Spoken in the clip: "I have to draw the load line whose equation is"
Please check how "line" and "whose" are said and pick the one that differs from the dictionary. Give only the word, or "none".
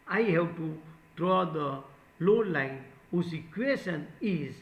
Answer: whose